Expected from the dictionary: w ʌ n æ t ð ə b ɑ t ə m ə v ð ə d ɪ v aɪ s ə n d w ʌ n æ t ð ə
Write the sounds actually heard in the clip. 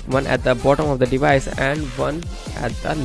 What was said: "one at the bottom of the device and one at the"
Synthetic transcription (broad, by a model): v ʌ n æ t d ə b ɑ t ə m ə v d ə d ɪ v aɪ s ə n d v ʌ n æ t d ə